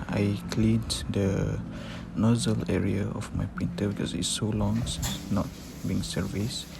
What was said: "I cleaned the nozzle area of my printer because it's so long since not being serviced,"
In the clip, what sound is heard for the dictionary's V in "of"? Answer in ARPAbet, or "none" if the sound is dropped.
F